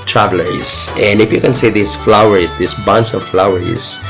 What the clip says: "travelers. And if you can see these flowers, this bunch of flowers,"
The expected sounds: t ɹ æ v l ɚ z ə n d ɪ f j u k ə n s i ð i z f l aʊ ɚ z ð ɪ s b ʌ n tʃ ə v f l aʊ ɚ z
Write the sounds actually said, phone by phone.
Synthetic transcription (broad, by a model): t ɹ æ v l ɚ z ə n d ɪ f j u k ə n s i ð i s f l aʊ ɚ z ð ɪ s b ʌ n s ə v f l aʊ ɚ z